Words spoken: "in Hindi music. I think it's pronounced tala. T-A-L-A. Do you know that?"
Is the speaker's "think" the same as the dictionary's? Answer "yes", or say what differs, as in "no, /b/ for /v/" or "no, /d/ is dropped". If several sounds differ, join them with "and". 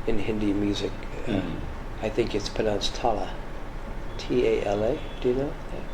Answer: yes